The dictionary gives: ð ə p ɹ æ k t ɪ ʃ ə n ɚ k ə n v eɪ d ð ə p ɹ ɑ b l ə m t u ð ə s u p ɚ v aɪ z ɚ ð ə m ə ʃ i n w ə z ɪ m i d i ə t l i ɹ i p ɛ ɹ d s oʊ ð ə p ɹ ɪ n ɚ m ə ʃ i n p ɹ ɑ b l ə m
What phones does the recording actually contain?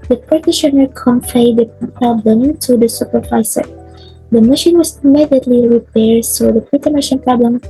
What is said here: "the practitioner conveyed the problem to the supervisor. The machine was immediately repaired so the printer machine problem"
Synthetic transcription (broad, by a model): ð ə p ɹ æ t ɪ ʃ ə n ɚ k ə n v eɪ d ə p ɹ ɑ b l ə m t u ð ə s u p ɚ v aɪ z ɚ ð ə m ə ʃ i n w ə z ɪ m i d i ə t l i ɹ i p ɛ ɹ d s oʊ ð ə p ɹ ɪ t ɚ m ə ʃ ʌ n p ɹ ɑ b l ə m